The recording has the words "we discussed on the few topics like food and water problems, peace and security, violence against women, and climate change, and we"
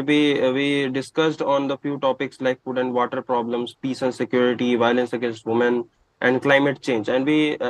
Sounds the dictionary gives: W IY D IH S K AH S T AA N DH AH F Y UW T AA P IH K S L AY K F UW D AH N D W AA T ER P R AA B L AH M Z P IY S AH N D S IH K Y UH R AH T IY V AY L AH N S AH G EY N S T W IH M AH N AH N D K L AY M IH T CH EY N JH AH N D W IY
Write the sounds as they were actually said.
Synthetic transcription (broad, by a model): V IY D IH S K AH S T AA N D AH F Y UW T AA P IH K S L AY K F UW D AH N D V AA T ER P R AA B L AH M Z P IY S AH N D S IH K Y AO R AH T IY V AY L AH N S AH G EY N S T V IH M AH N AH N D K L AY M IH T CH EY N JH AH N D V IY